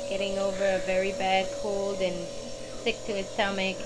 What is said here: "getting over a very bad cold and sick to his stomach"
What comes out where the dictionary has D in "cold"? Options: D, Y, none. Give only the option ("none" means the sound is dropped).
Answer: D